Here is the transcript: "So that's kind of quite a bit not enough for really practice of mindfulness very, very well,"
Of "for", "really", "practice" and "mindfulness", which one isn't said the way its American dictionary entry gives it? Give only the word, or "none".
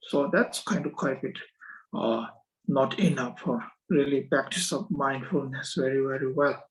none